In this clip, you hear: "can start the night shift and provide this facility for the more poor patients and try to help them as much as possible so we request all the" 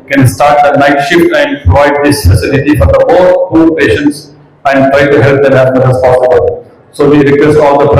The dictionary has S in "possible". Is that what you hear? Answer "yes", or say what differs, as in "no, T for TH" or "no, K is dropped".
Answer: yes